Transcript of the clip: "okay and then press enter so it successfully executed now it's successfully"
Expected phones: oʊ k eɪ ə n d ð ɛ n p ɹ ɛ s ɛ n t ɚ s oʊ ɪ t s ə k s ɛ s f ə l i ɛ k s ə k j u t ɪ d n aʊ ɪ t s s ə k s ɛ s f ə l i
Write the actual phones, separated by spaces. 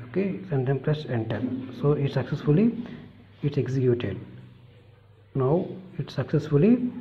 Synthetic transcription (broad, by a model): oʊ k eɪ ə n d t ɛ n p l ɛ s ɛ n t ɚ s oʊ ɪ t s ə k s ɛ s f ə l i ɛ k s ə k j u t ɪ d n aʊ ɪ t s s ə k s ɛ s f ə l i